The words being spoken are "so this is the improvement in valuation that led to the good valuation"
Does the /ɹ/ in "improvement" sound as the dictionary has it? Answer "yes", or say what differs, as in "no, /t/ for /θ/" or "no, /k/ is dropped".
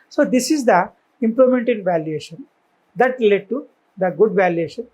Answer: no, /l/ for /ɹ/